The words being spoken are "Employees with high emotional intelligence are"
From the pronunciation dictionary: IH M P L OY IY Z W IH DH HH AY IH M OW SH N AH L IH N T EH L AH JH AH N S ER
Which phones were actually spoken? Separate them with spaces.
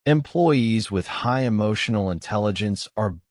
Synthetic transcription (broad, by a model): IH M P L OY IY Z W IH DH HH AY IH M OW SH N L IH N T EH L AH JH AH N S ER